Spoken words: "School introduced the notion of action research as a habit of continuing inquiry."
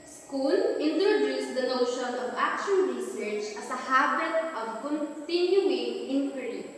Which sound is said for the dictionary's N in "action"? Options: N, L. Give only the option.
L